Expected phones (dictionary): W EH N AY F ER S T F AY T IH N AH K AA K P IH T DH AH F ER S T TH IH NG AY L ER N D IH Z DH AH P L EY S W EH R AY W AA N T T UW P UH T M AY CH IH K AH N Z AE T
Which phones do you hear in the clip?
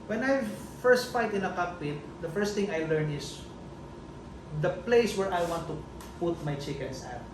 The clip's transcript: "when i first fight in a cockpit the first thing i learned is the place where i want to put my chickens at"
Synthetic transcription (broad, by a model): W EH N AY F ER S T F AY T IH N AH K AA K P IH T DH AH F ER S T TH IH NG AY L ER N IH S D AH P L EY S W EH R AY W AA N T T UW P UH T M AY CH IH K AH N S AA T